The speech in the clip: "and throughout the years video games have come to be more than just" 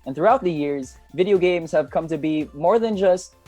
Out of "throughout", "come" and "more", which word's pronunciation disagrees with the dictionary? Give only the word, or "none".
none